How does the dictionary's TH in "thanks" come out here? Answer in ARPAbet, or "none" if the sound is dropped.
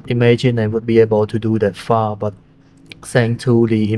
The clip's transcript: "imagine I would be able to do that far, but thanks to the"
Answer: S